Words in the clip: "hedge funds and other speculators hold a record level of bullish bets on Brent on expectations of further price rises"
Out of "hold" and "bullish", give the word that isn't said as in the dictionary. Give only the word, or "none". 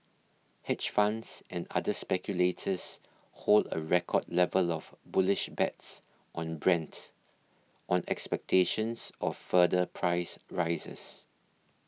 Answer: none